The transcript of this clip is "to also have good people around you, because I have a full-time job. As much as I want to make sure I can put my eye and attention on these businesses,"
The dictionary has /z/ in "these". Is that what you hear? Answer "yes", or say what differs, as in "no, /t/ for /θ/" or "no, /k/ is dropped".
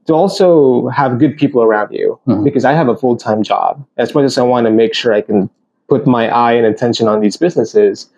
yes